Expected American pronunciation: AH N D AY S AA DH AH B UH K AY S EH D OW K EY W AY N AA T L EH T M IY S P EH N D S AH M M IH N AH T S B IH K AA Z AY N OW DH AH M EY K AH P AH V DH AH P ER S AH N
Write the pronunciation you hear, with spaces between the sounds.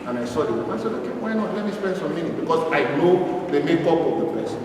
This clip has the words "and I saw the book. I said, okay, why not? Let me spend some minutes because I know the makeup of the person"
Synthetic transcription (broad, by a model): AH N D AY S AA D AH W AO AY S EH D OW K EY W AY N AA T L EH T M IY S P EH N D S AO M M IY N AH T B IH K AA S AY N OW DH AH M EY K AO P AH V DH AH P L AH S